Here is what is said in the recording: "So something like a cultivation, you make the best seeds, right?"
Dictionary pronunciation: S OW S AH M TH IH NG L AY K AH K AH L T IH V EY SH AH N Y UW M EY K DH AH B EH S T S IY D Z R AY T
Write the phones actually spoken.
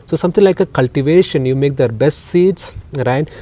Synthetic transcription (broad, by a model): S OW S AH M T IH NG L AY K AH K AH L T IH V EY SH AH N Y UW M EY K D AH B EH S T S IY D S R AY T